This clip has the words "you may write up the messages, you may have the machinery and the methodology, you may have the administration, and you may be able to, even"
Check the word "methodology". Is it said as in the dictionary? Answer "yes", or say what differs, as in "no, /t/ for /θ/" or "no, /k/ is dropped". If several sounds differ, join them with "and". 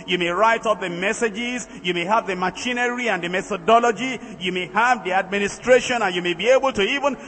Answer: yes